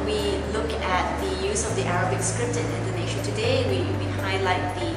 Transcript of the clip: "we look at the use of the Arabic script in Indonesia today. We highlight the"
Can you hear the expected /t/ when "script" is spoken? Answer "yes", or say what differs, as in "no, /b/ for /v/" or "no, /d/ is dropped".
yes